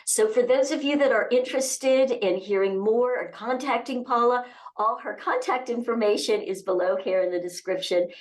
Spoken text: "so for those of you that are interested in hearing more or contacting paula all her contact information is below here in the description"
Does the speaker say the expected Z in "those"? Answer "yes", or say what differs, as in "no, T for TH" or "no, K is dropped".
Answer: yes